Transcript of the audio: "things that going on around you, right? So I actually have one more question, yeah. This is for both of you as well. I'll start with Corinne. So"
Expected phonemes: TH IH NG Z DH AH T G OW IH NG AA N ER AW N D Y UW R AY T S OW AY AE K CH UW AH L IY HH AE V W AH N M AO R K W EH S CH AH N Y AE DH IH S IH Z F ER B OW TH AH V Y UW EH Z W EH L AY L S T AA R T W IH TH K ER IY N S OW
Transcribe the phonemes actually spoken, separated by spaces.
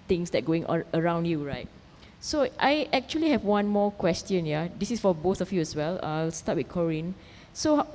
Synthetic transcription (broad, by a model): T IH NG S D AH T G OW IH NG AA ER AW N D Y UW R AY T S OW AY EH K CH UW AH L IY HH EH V W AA N M AO K W EH S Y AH N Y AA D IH S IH S F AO B OW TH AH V Y UW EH S W EH L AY L S T AA T W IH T K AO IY N S OW